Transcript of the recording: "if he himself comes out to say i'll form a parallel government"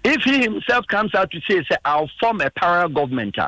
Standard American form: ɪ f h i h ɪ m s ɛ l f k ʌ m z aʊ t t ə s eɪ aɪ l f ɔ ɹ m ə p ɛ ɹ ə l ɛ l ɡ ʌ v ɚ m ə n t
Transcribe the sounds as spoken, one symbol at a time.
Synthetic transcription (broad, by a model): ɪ f h i h ɪ m s ɛ l f k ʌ m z aʊ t s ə s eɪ aɪ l f ɔ m ə p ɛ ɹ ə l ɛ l ɡ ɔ v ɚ m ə n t